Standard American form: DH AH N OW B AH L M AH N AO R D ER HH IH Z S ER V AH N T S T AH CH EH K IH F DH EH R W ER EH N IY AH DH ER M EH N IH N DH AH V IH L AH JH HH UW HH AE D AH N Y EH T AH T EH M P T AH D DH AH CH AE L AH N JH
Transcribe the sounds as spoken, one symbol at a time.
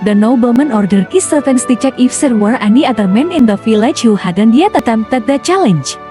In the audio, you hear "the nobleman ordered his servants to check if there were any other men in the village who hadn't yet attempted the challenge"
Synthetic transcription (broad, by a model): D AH N OW B AH L M AH N AO R D ER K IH S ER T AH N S T AH CH EH K IH F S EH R W ER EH N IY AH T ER M EH N IH N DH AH F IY L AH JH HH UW HH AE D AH N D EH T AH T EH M T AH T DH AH CH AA L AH N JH